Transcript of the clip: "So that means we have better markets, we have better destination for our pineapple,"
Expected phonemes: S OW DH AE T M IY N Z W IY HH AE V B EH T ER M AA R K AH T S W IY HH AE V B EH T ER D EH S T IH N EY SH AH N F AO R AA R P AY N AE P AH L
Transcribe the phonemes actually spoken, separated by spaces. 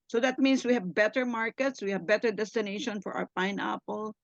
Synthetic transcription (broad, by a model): S OW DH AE T M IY N S W IY HH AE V B EH T ER M AA R K AH T S W IY HH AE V B EH T ER D EH S T IH N EY SH AH N F AO R AA R P AY N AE P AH L